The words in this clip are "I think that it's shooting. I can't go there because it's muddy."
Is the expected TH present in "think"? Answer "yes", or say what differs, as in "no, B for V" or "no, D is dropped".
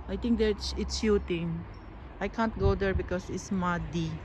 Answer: no, T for TH